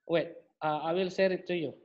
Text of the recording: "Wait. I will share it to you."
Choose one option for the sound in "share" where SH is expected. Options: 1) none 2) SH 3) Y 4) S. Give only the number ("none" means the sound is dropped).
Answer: 4